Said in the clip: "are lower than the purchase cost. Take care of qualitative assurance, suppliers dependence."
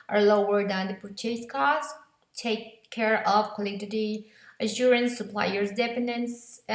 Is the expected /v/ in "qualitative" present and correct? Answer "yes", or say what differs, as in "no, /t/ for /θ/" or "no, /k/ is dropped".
no, /v/ is dropped